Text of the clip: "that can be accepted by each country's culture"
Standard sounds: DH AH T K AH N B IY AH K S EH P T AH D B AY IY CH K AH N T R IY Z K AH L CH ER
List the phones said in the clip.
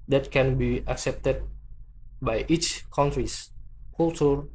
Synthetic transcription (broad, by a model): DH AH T K AH N B IY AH K S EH P T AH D B AY IY CH K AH N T R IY S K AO L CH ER